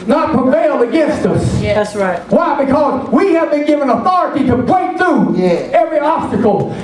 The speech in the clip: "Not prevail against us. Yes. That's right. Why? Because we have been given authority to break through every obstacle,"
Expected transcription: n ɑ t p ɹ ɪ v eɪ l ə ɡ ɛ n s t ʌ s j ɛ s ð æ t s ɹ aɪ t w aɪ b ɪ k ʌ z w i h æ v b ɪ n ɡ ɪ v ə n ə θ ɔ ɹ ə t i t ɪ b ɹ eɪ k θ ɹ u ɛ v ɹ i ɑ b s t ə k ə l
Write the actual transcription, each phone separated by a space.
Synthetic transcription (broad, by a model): n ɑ t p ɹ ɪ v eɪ l ə ɡ ɛ n s t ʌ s s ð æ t s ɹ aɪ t w aɪ b ɪ k ʌ z w i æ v b ɪ n ɡ ɪ v ə n ə θ ɔ ɹ ə t i t ɪ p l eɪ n θ ɹ u ɛ v ɹ i ɑ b s t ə k l